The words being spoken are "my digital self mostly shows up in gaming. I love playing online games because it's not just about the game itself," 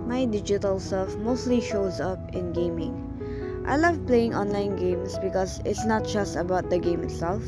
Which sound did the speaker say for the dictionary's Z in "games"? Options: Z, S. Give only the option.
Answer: S